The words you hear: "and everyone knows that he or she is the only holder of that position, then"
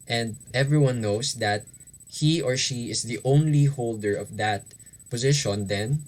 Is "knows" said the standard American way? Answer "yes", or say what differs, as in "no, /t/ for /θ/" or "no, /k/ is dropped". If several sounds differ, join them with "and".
no, /s/ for /z/